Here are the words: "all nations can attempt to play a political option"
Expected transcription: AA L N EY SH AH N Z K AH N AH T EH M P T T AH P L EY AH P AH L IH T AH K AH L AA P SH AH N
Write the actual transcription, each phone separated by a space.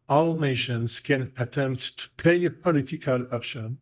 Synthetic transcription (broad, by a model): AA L N EY SH AH N Z K AH N AH T EH M P T T AH P EY AH P AH L IH T AH K AH L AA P SH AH N